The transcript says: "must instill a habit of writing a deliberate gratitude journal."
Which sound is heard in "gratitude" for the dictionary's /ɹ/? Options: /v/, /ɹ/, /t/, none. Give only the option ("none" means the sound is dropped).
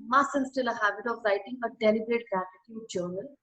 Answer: none